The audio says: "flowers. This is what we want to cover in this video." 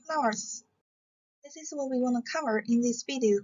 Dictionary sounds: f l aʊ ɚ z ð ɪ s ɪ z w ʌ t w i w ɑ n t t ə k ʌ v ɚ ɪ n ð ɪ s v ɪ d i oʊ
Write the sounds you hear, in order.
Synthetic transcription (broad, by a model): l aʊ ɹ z ð ɪ s ɪ z w ʌ t w i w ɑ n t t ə k ʌ v ɚ ɪ n ð ɪ s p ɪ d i